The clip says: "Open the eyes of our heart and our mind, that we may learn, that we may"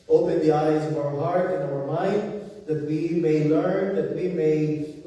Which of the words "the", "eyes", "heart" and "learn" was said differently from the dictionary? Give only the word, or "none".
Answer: none